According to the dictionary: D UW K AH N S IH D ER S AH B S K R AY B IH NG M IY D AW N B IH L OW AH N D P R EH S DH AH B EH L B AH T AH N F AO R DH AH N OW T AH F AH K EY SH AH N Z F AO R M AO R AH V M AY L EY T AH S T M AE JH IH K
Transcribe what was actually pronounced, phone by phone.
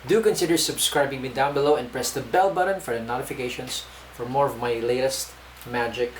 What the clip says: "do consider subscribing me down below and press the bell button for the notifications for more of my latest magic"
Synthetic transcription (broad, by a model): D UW K AH N S IH D ER S AH B S K R AY B IH NG M IY D AW N B IH L OW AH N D P R EH S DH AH B EH L B AH T AH N F AO R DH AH N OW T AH F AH K EY SH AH N S F AO R M AO R AH V M AY L EY T AH S T M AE JH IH K